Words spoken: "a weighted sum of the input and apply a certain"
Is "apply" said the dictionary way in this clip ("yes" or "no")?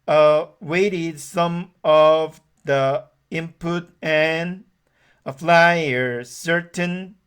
no